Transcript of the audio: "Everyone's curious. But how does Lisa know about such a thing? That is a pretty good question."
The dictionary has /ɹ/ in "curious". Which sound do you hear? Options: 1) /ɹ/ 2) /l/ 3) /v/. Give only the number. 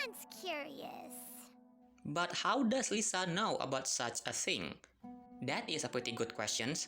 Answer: 1